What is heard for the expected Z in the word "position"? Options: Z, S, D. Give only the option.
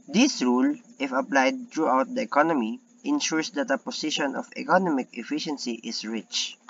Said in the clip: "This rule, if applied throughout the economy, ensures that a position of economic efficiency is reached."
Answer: S